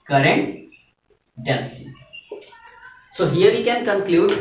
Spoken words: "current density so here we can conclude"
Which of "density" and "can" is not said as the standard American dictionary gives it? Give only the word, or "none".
density